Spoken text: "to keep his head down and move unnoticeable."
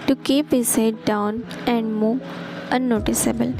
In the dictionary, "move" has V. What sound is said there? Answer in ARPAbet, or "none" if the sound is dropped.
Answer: none